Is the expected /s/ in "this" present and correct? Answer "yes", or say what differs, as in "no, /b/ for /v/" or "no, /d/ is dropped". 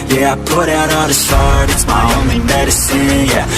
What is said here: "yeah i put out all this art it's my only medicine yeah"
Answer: no, /ʃ/ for /s/